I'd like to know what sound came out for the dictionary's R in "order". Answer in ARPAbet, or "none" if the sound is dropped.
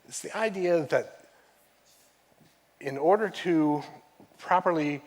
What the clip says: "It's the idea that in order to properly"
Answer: R